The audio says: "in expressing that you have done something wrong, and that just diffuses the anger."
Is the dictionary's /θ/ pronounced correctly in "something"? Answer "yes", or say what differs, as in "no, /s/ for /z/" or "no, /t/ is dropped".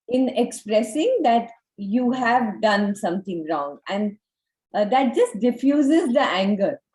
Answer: no, /t/ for /θ/